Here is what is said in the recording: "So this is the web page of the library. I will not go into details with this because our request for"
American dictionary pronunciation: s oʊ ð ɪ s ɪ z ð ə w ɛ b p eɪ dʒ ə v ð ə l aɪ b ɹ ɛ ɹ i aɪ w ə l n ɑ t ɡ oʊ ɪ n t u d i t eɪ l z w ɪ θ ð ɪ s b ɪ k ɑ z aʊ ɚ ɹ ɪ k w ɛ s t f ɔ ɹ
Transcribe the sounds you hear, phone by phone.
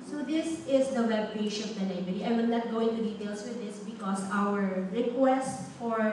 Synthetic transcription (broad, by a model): s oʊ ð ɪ s ɪ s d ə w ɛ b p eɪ ʃ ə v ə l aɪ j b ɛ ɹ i aɪ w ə n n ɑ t ɡ oʊ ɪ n t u d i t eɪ l s w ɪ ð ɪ s b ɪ k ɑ s aʊ ɚ ɹ ɪ k w ɛ s t f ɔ ɹ